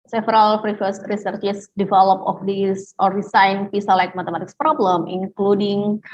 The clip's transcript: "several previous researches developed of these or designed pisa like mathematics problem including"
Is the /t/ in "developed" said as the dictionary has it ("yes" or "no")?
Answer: no